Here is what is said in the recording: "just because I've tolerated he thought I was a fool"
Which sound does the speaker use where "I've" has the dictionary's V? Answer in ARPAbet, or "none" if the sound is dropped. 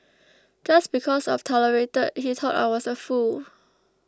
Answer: F